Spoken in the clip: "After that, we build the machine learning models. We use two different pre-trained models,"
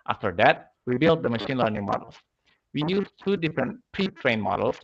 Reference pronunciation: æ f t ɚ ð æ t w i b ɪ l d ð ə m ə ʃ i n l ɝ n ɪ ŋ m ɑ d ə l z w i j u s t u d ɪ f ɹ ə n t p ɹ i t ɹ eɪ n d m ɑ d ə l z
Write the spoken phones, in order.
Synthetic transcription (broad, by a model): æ f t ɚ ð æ t w i b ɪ l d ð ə m ə ʃ i n l ɝ n ɪ ŋ m ɑ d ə l s w i j u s t u d ɪ f ɹ ə n t p ɹ i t ɹ eɪ n m ɑ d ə l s